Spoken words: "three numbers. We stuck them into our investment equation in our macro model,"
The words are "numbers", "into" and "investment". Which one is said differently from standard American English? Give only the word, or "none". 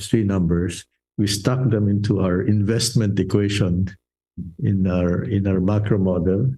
numbers